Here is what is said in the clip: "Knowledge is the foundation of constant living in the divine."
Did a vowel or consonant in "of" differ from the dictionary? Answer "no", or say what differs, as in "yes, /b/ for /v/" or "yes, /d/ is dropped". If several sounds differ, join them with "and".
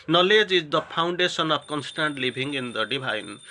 yes, /p/ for /v/